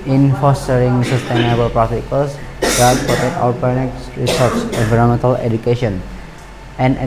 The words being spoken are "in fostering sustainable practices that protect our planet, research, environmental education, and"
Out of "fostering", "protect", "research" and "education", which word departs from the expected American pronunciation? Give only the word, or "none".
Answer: research